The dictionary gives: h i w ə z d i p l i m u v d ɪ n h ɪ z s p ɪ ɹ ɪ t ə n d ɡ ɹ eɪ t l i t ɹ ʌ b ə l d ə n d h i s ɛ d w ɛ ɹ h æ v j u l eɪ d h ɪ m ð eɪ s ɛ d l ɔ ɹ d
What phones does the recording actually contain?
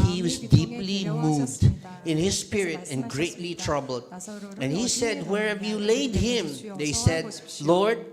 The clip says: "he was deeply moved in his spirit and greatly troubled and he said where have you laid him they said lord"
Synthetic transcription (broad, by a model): h i w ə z d i p l i m u v d ɪ n h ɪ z s p ɪ ɹ ɪ t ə n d ɡ ɹ eɪ t l i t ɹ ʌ b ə l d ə n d h i s ɛ d w ɛ ɹ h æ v j u l eɪ d h ɪ m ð eɪ s ɛ d l ɔ ɹ d